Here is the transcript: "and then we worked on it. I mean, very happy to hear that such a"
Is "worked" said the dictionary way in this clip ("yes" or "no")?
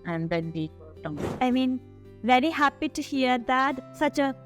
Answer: no